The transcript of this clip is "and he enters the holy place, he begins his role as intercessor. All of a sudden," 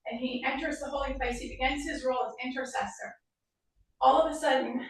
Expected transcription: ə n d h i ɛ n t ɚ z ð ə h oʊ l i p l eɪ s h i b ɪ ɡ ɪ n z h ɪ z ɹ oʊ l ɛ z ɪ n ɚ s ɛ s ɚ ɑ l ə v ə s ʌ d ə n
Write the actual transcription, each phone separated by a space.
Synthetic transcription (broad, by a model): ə n i ɛ n t ɚ z ð ə h oʊ l i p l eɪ s h i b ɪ ɡ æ n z h ɪ z ɹ oʊ l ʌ z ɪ n ɚ s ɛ s ɚ ɑ l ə v ə s ʌ d n